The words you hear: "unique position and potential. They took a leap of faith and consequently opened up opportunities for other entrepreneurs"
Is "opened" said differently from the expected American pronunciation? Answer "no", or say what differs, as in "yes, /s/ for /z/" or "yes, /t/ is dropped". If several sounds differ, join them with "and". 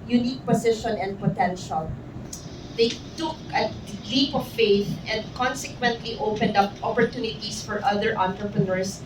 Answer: no